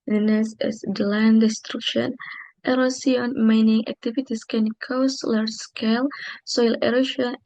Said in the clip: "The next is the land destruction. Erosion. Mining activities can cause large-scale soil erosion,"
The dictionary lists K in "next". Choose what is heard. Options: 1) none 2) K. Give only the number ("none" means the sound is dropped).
1